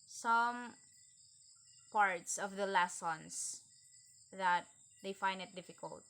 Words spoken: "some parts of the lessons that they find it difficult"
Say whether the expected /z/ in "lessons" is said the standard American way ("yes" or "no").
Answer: no